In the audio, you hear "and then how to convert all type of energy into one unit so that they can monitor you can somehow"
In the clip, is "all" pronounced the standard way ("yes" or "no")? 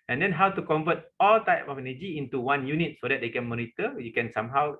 yes